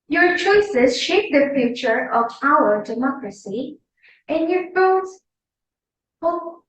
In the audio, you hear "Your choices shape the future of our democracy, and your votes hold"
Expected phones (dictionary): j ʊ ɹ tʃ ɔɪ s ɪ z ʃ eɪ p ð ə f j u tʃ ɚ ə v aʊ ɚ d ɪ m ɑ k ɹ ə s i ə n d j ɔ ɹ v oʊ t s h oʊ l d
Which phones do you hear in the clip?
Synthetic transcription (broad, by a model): j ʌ ɹ tʃ ɔɪ s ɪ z ʃ eɪ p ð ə f j u tʃ ɚ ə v aʊ ɚ d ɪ m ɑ k ɹ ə s i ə n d j ɔ ɹ f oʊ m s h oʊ